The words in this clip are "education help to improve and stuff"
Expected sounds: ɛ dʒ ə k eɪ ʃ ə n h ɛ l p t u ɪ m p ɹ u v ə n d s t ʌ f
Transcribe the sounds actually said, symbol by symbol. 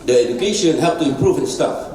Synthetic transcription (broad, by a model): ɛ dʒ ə k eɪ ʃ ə n h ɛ p t u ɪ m p ɹ u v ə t s t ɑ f